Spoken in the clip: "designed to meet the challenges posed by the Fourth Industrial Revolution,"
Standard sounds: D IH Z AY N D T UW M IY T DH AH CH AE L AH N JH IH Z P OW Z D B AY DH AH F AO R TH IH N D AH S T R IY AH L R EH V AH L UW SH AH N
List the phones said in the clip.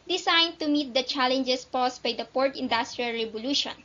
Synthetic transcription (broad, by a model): D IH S AY N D T UW M IY T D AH CH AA L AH N JH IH S P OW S B AY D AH P AO R T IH N D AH S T R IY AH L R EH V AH L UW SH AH N